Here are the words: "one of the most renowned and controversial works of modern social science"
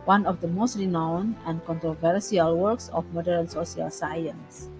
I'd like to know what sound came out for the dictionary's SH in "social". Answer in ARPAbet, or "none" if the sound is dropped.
S